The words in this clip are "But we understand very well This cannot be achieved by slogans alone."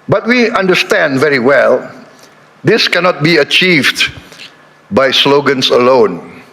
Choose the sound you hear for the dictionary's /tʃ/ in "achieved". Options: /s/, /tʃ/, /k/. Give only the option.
/tʃ/